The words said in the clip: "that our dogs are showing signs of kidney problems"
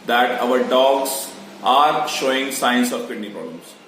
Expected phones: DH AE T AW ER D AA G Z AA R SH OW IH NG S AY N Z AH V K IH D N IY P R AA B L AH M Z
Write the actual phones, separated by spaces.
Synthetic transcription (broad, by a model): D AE T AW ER D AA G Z AA R SH OW IH NG S AY N S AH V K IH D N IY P R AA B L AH M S